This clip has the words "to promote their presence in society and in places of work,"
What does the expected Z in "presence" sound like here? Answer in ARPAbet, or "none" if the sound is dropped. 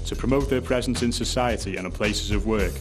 Z